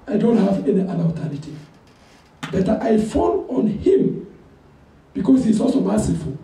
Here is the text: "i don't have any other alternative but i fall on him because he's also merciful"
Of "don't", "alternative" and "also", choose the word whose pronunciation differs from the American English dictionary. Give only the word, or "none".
alternative